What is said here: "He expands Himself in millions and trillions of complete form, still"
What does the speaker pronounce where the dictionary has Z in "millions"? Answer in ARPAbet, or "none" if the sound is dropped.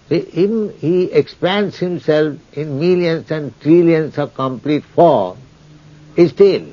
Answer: S